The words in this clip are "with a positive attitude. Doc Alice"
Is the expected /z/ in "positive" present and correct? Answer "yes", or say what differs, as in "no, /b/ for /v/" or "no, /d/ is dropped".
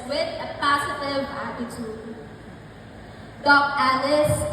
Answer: no, /s/ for /z/